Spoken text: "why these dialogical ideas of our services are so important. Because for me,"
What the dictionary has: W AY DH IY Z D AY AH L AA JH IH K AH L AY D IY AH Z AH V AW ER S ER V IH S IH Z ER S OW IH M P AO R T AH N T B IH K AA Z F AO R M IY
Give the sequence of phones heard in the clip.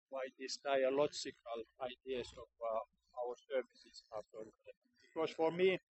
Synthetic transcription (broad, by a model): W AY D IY S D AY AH L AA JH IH K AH L AY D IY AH S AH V AW ER S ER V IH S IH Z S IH P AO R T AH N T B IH K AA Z F AO R M IY